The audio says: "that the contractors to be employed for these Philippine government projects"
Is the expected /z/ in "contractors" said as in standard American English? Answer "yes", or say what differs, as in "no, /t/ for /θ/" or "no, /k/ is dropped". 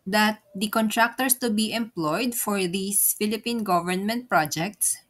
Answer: no, /s/ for /z/